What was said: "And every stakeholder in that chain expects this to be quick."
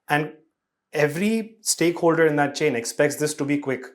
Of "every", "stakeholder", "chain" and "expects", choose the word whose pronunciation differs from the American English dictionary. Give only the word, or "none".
none